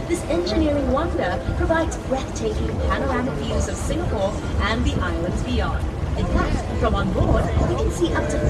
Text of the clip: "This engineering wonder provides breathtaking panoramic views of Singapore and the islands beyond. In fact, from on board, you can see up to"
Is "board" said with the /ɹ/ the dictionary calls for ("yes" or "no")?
yes